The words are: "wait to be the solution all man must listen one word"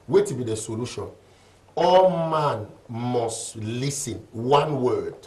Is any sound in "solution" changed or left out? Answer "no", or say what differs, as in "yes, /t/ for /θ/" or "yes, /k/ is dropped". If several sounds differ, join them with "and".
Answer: no